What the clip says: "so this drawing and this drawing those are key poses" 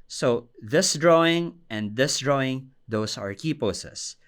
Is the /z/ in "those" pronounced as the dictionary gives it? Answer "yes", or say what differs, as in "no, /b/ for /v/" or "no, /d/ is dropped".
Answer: no, /s/ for /z/